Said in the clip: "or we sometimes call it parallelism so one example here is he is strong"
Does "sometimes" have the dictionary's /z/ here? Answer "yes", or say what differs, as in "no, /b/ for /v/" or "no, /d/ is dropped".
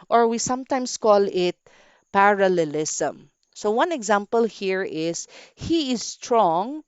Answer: no, /s/ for /z/